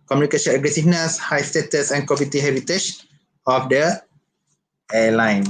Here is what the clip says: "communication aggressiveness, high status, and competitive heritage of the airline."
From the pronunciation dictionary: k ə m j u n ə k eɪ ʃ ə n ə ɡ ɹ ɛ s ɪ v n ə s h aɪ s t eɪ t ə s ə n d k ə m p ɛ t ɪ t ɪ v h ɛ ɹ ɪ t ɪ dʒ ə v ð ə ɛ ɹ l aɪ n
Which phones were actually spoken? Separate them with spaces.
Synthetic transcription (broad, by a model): k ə m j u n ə k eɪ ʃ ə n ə ɡ ɹ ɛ s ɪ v n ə s h aɪ s t eɪ t ə s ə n k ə p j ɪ t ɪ h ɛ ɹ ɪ t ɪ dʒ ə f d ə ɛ l aɪ n